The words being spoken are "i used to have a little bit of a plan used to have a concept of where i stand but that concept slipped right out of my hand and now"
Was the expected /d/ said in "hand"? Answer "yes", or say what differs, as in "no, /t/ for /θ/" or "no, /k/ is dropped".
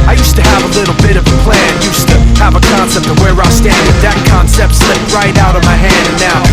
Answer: yes